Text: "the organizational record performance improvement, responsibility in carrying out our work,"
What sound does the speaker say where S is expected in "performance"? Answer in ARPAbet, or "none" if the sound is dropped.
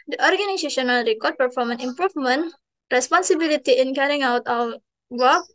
none